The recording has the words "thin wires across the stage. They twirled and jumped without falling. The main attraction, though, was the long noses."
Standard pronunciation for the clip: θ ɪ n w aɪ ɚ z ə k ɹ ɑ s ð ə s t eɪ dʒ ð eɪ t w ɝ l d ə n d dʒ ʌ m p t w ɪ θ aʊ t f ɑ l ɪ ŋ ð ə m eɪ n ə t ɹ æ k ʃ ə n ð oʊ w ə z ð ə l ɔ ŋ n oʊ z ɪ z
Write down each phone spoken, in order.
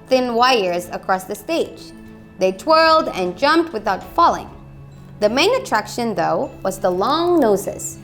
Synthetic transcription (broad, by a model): θ ɪ n w aɪ ɚ z ə k ɹ ɑ s ð ə s t eɪ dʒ ð eɪ t w ɝ l d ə n dʒ ʌ m p t w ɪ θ aʊ t f ɑ l ɪ ŋ ð ə m eɪ n ə t ɹ æ k ʃ ə n ð oʊ w ə z ð ə l ɔ ŋ n oʊ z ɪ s